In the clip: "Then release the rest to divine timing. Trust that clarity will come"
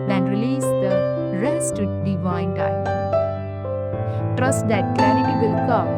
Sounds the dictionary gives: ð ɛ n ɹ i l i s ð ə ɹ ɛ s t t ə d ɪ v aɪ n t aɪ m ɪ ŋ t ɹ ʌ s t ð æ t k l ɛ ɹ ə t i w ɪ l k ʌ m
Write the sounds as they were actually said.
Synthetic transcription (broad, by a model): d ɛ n ɹ i l i s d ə ɹ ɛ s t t d ɪ v aɪ n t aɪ ɪ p t ɹ ʌ s t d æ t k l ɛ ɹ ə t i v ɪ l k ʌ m